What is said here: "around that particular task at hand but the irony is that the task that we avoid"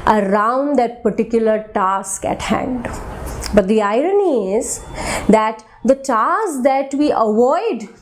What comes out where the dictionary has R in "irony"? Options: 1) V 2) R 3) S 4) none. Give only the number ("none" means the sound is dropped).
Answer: 2